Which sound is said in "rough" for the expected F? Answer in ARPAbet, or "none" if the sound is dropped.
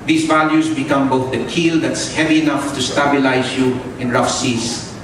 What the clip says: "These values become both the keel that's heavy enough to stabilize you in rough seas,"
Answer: F